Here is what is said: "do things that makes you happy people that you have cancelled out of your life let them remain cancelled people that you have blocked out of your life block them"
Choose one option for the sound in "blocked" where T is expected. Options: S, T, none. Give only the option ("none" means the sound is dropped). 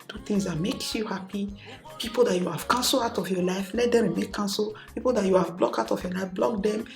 none